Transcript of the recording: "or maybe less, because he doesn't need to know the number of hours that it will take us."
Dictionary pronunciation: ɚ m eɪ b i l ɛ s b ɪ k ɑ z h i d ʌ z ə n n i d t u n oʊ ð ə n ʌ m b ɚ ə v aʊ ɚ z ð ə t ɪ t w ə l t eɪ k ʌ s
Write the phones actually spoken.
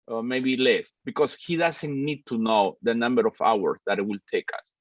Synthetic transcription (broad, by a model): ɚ m eɪ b i l ɛ s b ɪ k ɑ s h i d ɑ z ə n n i d t u n oʊ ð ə n ʌ m b ɚ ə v aʊ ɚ s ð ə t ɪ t w ə l t eɪ k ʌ s